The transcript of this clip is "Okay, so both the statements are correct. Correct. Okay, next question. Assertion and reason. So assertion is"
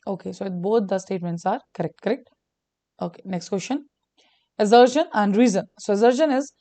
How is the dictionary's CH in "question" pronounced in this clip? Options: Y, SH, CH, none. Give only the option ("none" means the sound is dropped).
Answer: SH